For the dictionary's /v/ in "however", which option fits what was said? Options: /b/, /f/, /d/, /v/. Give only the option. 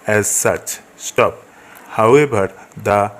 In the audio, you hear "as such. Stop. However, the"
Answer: /b/